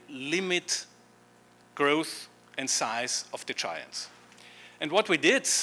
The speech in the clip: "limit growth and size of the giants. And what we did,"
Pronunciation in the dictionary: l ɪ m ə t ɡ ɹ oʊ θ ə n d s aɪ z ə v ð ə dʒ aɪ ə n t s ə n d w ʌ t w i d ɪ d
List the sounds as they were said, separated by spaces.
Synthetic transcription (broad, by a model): l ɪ m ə t ɡ ɹ oʊ θ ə n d s aɪ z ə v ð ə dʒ aɪ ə n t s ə n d w ʌ t w i d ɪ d